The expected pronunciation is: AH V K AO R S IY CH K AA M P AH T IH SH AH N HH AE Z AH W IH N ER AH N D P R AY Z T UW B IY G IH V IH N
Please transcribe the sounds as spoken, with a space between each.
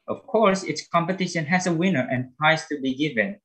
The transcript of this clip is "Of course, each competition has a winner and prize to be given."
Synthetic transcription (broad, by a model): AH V K AO R S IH S K AA M P AH T IH SH AH N HH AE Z AH W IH N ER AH N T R AY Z T UW B IY G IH V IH N